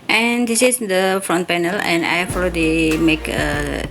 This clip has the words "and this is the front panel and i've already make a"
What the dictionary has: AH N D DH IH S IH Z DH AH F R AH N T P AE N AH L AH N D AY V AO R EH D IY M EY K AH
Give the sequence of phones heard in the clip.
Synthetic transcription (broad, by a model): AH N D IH S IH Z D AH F R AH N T P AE N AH L AH N D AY F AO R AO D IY M EY K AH